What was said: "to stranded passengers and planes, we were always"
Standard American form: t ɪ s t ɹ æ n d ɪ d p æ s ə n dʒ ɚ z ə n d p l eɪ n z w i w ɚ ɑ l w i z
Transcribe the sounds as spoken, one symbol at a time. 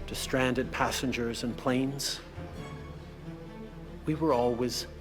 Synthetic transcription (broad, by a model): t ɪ s t ɹ æ n d ɪ d p æ s ə n dʒ ɚ z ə n p l eɪ n z w i w ɚ ɑ l w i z